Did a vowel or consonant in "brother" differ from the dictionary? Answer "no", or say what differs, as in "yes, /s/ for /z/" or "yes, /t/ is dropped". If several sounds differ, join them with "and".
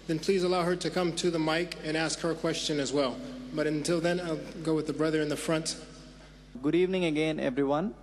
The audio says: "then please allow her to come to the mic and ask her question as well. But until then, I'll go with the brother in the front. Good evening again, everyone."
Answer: no